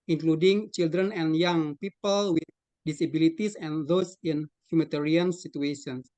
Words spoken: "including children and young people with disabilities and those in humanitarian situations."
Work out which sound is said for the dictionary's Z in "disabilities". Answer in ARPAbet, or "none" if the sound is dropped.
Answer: S